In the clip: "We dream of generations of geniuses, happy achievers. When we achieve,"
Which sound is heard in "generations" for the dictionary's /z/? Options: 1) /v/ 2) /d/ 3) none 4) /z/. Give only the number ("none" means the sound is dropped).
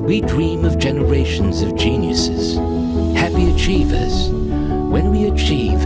4